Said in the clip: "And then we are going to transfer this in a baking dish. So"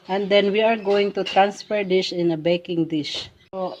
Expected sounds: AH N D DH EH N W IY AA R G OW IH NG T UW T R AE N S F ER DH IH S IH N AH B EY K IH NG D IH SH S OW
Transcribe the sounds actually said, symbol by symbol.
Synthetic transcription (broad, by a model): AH N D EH N W IY AA R G OW IH NG T UW T R AE N S F ER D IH SH IH N AH B EY K IH NG D IH SH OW